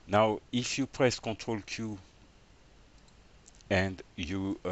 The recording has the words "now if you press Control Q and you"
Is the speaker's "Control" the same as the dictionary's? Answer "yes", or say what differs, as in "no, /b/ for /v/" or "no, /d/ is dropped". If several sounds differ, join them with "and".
no, /n/ is dropped